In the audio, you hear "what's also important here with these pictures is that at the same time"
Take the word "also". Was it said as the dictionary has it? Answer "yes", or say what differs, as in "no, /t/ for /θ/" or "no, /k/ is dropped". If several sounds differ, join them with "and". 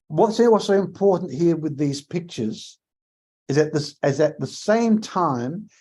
no, /w/ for /l/